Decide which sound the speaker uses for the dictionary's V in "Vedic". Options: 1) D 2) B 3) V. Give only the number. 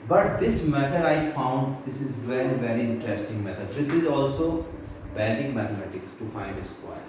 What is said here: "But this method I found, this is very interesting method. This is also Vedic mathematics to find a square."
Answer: 2